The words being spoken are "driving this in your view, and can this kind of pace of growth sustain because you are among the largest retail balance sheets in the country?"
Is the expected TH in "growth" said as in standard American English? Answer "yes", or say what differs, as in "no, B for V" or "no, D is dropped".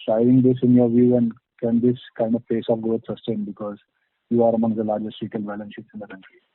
no, T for TH